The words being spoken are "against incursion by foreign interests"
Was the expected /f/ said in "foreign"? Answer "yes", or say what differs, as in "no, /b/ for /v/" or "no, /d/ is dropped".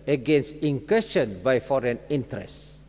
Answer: yes